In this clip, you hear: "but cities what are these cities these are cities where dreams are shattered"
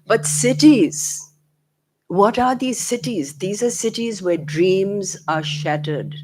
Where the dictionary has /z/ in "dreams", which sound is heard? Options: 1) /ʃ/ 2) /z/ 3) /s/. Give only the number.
2